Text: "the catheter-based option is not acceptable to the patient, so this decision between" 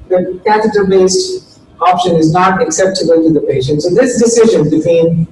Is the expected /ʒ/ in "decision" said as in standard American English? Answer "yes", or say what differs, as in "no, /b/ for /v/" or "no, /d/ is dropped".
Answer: yes